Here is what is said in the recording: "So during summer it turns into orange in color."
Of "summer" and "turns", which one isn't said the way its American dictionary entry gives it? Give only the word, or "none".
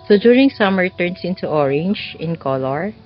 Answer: turns